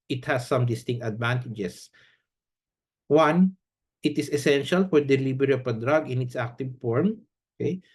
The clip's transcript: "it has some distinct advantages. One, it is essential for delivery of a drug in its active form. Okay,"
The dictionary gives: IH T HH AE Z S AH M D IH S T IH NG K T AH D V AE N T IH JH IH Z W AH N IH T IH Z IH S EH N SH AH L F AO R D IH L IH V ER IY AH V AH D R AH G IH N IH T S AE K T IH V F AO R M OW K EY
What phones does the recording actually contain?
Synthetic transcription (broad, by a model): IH T HH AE S AH M D IH S T IH NG K T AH D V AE N T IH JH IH S W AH N IH T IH S IH S EH N SH AH L F AO R D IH L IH B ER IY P AH D R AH G IH N IH T S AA K T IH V F AO R M OW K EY